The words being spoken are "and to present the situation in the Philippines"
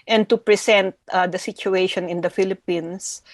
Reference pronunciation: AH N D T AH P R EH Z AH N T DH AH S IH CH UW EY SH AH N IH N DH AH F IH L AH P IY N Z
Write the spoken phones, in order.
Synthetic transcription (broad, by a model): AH N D T AH P R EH S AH N T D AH S IH CH UW EY SH AH N IH N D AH F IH L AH P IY N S